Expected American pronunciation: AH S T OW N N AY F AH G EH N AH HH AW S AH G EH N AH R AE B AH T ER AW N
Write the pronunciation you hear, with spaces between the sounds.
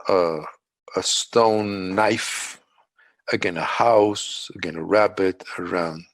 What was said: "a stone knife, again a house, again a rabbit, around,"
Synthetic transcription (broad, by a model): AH S T OW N N AY F AH G EH N AH HH AW S AH G EH N AH R AE B AH T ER AW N